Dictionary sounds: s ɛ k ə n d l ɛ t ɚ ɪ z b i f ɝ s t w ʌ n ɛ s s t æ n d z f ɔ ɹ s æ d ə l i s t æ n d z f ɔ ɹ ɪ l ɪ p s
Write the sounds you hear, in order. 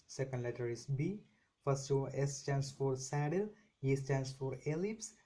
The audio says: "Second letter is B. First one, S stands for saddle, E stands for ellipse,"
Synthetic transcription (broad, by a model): s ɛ k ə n d l ɛ t ɚ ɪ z b i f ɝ s t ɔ ɛ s s t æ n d s f ɔ ɹ s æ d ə l i s t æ n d s f ɔ ɹ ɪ l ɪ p s